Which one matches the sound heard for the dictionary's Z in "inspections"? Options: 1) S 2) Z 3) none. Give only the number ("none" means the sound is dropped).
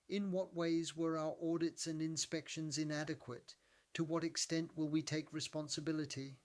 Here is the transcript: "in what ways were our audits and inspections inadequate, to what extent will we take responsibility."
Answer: 2